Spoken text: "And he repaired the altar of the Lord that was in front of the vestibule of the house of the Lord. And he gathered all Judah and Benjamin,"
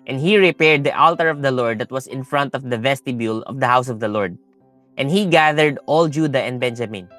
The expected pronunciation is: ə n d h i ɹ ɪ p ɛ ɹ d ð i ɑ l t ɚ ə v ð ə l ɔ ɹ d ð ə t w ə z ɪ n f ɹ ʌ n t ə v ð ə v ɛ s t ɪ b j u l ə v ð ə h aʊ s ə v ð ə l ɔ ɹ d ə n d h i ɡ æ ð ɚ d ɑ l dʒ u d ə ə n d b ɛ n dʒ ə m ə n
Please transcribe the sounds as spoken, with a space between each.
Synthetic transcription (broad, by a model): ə n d h i ɹ ɪ p ɛ ɹ d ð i ɑ l t ɚ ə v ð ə l ɔ ɹ d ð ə t w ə s ɪ n f ɹ ʌ n t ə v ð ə v ɛ s t ɪ b j u l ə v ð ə h aʊ s ə v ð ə l ɔ ɹ d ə n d h i ɡ æ ð ɚ d ɑ l dʒ u d ə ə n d b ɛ n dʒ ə m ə n